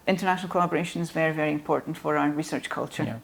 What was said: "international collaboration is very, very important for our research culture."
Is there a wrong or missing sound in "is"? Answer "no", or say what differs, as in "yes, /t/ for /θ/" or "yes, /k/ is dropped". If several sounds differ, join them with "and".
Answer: no